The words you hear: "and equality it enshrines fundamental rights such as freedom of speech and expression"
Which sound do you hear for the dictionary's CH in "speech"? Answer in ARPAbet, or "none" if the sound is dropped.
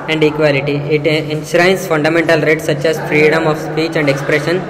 CH